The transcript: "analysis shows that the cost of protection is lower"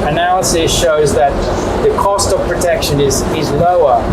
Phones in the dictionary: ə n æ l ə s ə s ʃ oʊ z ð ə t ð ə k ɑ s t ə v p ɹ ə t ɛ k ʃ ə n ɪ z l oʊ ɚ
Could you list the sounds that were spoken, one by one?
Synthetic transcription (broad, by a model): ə n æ l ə s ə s ʃ oʊ z ð ə t ð ə k ɑ s t ə v p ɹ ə t ɛ k ʃ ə n ɪ z l oʊ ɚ